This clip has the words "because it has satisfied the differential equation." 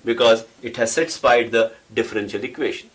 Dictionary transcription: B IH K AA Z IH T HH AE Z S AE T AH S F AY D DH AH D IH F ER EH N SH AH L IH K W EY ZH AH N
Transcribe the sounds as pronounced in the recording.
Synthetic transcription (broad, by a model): B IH K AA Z IH T HH AE Z S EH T S P AY D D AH D IH F ER EH N SH AH L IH K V EY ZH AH N